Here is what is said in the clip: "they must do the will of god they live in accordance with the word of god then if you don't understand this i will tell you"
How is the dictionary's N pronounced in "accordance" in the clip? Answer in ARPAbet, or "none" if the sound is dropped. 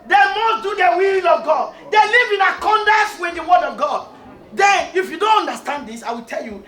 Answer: none